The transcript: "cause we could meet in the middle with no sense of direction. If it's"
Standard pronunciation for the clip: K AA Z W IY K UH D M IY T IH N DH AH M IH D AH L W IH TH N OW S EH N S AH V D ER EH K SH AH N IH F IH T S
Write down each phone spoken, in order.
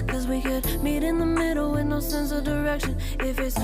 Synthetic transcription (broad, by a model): K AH Z W IY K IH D M IY T IH N DH AH M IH D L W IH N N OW S EH N S AH V D ER EH K SH AH N IH F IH T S